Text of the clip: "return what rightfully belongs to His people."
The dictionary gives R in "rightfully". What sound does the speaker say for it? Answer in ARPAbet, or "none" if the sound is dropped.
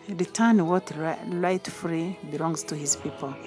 L